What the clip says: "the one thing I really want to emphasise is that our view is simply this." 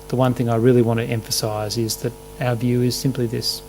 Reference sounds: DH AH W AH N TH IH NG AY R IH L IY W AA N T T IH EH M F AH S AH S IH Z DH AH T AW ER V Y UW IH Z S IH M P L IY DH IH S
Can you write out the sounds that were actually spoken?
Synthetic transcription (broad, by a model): DH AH W AH N TH IH NG AY R IH L IY W AA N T T IH EH M F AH S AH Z IH Z DH AH T AW ER V Y UW IH Z S IH M P L IY DH IH S